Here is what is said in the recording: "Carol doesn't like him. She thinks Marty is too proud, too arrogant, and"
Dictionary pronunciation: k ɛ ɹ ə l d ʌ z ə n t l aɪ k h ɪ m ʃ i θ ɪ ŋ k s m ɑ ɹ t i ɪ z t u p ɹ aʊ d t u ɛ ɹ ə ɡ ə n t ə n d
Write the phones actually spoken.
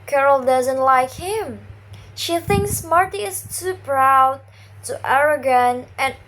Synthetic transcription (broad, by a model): k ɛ ɹ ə l d ʌ z ə n t l aɪ k h ɪ m ʃ i θ ɪ ŋ k s m ɑ ɹ t i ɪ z t u p ɹ aʊ d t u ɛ ɹ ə ɡ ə n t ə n